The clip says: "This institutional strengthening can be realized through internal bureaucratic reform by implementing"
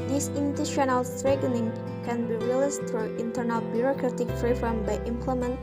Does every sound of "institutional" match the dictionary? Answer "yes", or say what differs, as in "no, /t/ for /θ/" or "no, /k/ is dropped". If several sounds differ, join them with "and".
no, /s/ is dropped